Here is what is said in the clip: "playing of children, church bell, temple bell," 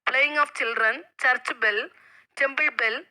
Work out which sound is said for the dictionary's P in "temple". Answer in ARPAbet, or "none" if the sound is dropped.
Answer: B